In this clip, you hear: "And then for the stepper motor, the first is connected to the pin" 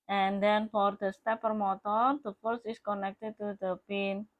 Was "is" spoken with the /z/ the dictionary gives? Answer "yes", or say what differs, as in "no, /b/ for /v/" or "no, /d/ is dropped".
no, /s/ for /z/